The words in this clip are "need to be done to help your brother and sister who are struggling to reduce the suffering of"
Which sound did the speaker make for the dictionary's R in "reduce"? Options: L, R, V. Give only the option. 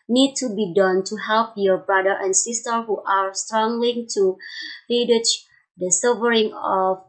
L